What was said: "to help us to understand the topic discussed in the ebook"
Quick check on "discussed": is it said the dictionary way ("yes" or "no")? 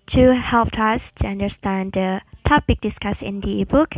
no